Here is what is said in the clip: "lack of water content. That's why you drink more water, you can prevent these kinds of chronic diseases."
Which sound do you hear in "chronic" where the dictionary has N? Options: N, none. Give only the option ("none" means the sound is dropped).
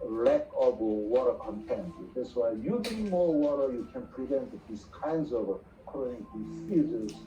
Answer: none